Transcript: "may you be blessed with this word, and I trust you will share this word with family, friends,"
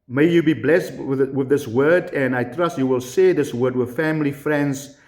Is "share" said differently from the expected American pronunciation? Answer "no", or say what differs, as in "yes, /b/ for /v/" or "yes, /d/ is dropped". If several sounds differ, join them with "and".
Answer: yes, /s/ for /ʃ/